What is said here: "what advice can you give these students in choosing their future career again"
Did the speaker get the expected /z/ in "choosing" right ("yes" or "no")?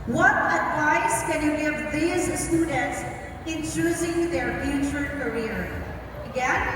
yes